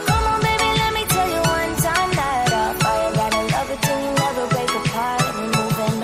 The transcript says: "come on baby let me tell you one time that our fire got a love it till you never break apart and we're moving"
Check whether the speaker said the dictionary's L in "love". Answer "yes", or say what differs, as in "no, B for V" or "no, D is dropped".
no, N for L